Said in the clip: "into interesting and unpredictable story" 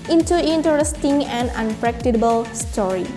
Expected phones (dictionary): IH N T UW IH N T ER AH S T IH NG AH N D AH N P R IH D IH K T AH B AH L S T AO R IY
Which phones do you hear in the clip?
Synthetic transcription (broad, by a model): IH N T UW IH N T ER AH S T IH NG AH N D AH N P R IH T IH T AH B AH L S T AO R IY